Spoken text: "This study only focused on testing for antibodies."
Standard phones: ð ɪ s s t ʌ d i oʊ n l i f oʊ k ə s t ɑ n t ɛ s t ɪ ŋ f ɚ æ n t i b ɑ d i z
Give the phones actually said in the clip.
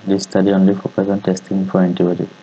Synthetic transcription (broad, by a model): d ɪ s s t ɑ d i oʊ n l i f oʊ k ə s ɑ n t ɛ s t ɪ ŋ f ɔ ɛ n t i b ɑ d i